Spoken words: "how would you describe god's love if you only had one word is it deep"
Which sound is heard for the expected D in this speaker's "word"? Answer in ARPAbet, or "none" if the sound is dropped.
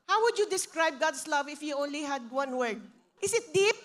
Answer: D